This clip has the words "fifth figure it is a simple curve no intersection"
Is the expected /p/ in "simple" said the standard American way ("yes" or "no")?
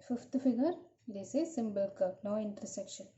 no